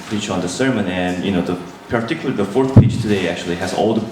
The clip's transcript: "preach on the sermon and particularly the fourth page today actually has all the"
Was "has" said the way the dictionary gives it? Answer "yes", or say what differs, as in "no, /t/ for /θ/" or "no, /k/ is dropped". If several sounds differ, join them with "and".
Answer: yes